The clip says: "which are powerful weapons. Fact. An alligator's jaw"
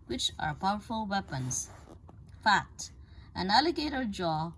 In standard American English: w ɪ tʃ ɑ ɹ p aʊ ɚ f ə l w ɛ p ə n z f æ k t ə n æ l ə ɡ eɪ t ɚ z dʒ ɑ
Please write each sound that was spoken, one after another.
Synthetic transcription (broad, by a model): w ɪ tʃ ɑ ɹ p aʊ ɚ f ə l w ɛ p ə n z f æ k t ə n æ l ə ɡ eɪ t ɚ dʒ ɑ